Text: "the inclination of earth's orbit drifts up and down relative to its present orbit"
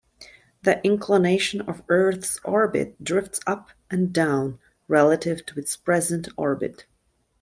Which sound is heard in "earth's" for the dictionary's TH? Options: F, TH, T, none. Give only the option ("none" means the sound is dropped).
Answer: TH